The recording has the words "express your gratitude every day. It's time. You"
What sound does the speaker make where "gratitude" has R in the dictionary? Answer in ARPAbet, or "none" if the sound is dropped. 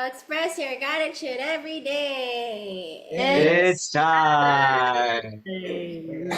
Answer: none